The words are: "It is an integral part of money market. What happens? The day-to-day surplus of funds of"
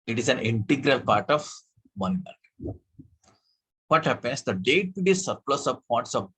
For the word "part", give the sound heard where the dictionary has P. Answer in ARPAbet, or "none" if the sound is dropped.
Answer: P